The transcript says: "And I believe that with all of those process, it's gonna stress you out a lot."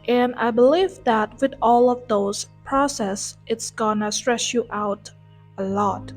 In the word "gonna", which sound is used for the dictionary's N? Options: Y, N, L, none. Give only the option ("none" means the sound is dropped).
N